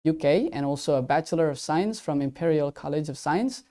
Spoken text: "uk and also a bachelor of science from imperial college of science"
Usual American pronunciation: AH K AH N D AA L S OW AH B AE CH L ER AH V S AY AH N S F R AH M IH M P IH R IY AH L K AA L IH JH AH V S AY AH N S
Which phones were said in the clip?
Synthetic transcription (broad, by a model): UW K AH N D AA L S OW AH B AE CH L ER AH V S AY AH N S F R AH M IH M P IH R IY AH L K AA L IH JH AH V S AY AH N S